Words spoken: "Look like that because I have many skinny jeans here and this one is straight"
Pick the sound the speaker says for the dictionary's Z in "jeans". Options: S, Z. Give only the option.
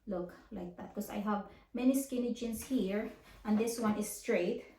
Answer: S